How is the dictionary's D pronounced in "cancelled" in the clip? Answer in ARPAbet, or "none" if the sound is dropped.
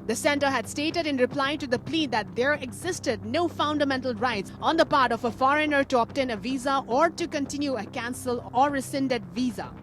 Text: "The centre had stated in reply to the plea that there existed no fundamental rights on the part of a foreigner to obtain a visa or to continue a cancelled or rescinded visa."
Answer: none